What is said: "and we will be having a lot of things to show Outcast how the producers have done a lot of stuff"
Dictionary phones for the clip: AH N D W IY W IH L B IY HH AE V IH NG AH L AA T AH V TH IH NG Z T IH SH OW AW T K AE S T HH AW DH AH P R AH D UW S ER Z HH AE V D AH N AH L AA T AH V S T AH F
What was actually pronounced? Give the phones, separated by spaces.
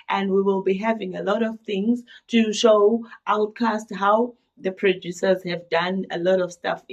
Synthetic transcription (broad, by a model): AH N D W IY W IH L B IY HH AE V IH NG AH L AA T AH V TH IH NG Z T IH SH OW AW T K AE S T HH AW DH AH P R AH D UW S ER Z HH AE V D AH N AH L AA T AH V S T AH F